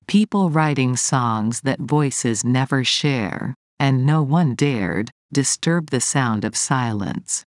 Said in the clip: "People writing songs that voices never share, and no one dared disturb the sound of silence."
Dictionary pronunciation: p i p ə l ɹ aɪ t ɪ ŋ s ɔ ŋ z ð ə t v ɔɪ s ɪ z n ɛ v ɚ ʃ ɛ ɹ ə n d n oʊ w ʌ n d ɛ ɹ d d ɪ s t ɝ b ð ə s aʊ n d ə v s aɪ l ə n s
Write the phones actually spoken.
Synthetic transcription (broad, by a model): p i p l ɹ aɪ t ɪ ŋ s ɔ ŋ z ð ə t v ɔɪ s ɪ z n ɛ v ɚ ʃ ɛ ɹ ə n n oʊ w ʌ n d ɛ ɹ d d ɪ s t ɝ b ð ə s aʊ n d ə v s aɪ l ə n s